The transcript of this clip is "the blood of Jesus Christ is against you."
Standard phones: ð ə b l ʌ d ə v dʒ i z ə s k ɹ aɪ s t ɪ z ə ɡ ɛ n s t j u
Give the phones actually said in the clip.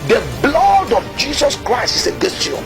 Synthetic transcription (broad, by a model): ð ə b l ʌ d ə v dʒ i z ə s k ɹ aɪ s t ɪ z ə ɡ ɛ s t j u